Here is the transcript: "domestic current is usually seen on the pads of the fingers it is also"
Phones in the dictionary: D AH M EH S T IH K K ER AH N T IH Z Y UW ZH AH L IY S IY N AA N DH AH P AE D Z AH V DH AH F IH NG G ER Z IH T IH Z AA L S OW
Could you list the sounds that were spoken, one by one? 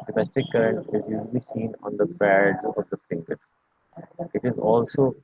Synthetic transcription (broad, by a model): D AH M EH S T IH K K ER AH N T IH Z Y UW ZH AH L IY S IY N AA N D AH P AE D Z AH V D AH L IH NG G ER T IH T IH Z AA L S OW